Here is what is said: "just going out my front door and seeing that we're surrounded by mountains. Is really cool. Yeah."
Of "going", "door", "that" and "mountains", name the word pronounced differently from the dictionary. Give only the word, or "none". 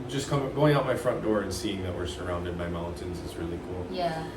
none